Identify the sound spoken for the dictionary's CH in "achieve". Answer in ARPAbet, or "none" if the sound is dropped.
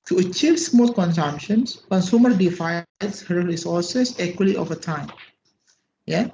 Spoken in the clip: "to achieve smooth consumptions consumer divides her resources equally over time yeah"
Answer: CH